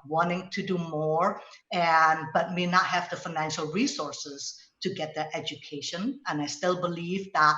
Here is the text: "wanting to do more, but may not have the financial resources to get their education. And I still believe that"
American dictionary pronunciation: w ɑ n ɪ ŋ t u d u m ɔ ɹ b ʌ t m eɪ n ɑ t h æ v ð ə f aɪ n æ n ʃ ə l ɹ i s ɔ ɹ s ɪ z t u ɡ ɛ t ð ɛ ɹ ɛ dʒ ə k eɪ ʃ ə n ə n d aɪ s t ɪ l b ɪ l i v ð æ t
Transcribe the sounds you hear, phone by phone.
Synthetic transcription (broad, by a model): w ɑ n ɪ ŋ t u d u m ɔ ɹ b ʌ t m eɪ n ɑ t h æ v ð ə f aɪ n æ n ʃ ə l ɹ i s ɔ ɹ s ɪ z t u ɡ ɛ t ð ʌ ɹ ɛ dʒ ə k eɪ ʃ ə n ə n aɪ s t ɪ l b ɪ l i v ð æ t